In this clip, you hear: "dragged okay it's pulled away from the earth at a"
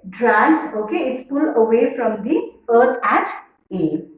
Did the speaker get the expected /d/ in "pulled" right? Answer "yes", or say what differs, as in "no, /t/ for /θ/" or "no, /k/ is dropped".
no, /d/ is dropped